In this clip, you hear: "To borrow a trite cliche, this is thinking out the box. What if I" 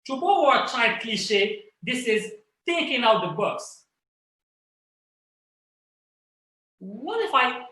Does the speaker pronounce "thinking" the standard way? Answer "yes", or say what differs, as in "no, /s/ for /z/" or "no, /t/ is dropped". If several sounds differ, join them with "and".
no, /t/ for /θ/ and /ŋ/ is dropped